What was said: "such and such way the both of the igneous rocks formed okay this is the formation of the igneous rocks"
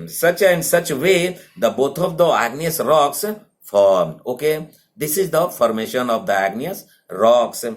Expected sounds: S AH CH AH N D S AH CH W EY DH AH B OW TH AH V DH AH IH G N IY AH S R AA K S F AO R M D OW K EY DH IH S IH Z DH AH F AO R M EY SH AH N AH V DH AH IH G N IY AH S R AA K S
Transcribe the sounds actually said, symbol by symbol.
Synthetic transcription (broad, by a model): S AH CH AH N S AH CH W EY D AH B OW T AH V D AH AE G N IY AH S R AA K S F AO R M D OW K EY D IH S IH Z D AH F AO R M EY SH AH N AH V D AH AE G N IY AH S R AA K S